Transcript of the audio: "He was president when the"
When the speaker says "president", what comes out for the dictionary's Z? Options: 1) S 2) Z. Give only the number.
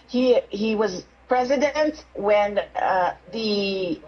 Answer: 2